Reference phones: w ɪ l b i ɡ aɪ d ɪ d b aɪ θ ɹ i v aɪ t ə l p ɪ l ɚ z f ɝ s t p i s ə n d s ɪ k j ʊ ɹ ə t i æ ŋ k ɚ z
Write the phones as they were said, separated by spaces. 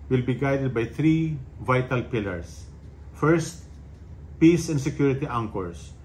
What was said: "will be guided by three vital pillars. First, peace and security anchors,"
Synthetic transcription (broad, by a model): w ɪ l b i ɡ aɪ d ɪ d b aɪ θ ɹ i v aɪ t ə l p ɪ l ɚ s f ɝ s t p i s ə n d s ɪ k j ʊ ɹ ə t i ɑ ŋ k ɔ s